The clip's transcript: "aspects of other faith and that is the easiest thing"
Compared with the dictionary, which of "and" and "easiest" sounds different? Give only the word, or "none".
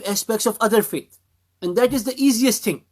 none